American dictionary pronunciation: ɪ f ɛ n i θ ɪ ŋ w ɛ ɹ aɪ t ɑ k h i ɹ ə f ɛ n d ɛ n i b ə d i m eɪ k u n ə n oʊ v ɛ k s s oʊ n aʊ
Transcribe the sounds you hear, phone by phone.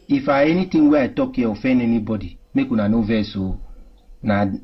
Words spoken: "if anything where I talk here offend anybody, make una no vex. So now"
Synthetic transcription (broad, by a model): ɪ f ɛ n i t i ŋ w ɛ aɪ t ɑ k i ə f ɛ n ɛ n i b ə d i m eɪ k u n ə n oʊ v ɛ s s oʊ n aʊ